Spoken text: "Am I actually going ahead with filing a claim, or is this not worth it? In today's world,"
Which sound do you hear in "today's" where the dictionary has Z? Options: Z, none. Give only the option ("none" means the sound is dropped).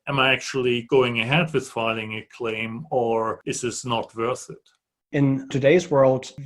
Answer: Z